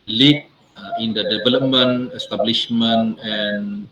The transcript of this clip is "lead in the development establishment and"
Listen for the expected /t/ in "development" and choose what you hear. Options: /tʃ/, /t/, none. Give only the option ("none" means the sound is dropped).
none